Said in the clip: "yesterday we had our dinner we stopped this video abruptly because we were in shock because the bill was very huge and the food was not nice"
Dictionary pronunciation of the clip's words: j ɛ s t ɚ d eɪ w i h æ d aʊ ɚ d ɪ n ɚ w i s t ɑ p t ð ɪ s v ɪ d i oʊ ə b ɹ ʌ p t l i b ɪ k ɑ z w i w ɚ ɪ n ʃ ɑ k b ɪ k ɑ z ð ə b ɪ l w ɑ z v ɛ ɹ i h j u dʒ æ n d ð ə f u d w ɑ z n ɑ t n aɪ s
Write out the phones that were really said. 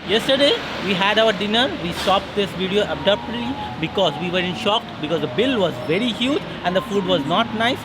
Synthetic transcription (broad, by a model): j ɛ s t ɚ d eɪ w i h æ d aʊ ɚ d ɪ n ɚ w i s t ɑ p t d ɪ s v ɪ d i oʊ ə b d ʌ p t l i b ɪ k ɑ z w i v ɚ ɪ n ʃ ɑ k b ɪ k ɑ z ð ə b ɪ l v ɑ z v ɛ ɹ i h j u dʒ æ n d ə f u d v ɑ z n ɑ t n aɪ s